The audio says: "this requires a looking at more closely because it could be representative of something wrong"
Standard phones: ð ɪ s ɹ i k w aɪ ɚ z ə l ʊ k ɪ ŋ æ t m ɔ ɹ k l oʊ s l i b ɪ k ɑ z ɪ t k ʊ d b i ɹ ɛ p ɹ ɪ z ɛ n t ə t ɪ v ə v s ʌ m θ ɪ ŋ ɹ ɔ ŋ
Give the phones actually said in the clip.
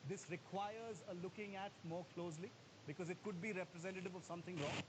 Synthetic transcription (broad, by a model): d ɪ s ɹ i k w aɪ ɚ z ə l ʊ k ɪ ŋ æ t m ɔ ɹ k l oʊ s l i b ɪ k ɑ z ɪ t k ʊ d b i ɹ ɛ p ɹ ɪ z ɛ n t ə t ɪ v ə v s ʌ m t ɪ ŋ ɹ ɔ ŋ